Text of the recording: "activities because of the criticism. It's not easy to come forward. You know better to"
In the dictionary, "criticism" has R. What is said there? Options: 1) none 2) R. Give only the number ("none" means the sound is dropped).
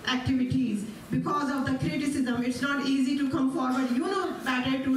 2